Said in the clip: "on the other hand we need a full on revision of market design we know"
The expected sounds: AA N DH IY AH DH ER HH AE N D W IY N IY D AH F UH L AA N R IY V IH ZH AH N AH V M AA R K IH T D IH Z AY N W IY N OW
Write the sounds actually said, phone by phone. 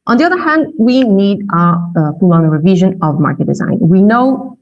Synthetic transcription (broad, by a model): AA N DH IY AH DH ER HH AE N D W IY N IY D AH P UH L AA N R IY V IH ZH AH N AH V M AA R K IH T D IH Z AY N W IY N OW